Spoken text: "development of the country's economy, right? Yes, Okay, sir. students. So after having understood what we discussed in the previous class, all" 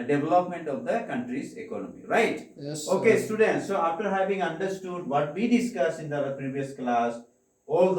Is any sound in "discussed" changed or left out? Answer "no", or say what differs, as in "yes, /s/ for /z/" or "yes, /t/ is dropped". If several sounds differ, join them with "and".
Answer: yes, /t/ is dropped